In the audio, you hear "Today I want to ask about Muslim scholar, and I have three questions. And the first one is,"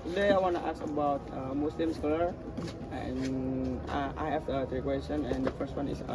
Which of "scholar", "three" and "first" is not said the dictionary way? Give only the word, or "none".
three